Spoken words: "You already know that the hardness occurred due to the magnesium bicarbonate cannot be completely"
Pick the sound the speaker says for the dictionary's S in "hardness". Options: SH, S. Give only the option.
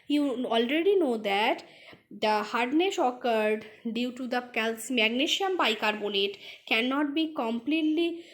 SH